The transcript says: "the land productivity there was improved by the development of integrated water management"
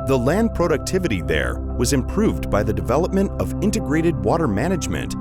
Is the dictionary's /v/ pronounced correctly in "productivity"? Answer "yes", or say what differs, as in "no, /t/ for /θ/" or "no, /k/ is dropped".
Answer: yes